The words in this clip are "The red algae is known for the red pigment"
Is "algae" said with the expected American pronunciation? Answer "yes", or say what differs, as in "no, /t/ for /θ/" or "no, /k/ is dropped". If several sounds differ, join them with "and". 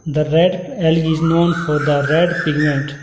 no, /dʒ/ is dropped